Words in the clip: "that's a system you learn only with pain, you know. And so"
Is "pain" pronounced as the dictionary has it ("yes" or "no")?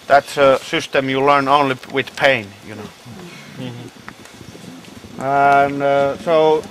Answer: yes